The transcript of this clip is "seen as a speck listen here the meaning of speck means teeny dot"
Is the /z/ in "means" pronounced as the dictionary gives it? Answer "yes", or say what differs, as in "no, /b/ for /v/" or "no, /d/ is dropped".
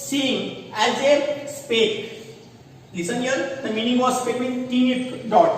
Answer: no, /z/ is dropped